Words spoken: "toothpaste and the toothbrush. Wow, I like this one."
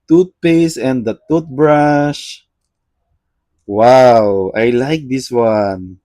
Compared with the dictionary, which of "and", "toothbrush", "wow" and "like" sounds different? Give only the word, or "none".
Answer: toothbrush